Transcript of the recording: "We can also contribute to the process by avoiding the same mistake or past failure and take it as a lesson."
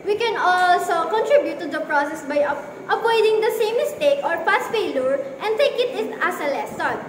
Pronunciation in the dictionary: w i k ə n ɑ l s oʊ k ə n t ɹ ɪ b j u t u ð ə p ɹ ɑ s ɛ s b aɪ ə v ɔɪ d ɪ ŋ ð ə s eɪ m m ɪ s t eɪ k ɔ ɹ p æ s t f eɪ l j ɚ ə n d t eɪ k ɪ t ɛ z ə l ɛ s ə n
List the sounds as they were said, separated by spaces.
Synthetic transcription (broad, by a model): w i k ə n ɑ l s oʊ k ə n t ɹ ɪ b j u t u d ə p ɹ ɑ s ɛ s b aɪ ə p ɔɪ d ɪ ŋ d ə s eɪ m m ɪ s t eɪ k ɔ ɹ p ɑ s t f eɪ l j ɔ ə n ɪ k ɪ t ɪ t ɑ s ə l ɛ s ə